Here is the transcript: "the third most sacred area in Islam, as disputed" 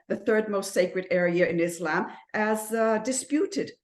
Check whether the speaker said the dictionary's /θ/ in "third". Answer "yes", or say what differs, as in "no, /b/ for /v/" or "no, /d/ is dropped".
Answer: yes